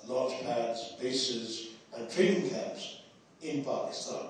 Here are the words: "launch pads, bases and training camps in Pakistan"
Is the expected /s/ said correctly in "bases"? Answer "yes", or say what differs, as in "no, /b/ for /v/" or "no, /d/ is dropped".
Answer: yes